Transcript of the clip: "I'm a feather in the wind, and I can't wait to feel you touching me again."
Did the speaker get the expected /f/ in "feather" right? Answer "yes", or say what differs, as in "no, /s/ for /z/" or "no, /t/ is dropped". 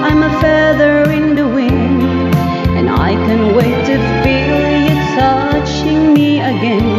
yes